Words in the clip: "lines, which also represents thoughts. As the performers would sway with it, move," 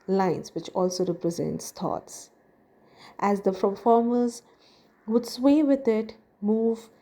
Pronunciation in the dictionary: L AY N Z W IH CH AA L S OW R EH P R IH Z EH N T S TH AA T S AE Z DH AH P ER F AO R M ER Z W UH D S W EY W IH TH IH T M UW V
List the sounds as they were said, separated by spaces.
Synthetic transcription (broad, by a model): L AY N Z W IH CH AA L S OW R EH P R IH Z EH N T S T AA T S AE Z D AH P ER F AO R M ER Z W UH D S W EY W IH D IH T M UW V